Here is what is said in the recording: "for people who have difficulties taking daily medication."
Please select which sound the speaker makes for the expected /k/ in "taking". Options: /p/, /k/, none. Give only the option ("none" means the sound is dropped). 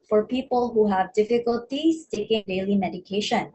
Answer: /k/